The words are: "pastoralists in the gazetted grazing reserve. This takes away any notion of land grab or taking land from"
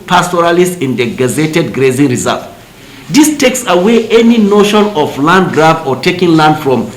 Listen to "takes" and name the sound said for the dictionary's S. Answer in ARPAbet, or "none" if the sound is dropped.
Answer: S